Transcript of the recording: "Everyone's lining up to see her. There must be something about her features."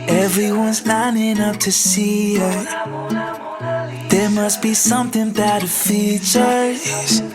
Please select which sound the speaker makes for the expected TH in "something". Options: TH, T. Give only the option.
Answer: TH